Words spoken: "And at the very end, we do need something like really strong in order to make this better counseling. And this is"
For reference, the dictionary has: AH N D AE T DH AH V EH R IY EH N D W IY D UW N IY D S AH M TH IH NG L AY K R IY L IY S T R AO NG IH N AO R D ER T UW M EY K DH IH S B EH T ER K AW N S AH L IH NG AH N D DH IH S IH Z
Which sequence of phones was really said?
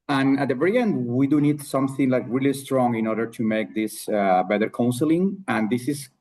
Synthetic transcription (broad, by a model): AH N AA T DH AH V EH R IY EH N D W IY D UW N IY D S AH M TH IH NG L AY K R IY L IY S T R AO NG IH N AO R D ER T UW M EY K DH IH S B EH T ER K AW N S AH L IH NG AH N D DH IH S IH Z